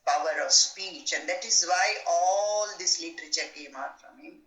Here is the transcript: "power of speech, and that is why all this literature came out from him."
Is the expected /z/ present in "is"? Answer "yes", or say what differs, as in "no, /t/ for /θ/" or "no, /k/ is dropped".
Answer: yes